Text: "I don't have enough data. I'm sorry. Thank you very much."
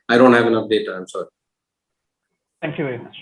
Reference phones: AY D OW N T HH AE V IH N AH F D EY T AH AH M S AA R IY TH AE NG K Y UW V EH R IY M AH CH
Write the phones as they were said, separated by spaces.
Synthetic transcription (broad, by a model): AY D OW N T HH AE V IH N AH P D EY T AH AH M S AA R IY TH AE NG K Y UW V EH R IY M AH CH